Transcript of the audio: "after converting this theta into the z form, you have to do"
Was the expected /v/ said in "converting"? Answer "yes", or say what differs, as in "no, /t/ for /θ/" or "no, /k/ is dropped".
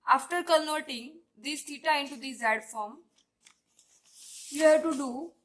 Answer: no, /v/ is dropped